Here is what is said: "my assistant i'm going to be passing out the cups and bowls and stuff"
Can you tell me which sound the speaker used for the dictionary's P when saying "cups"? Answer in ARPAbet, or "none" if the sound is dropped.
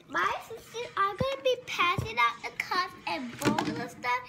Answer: none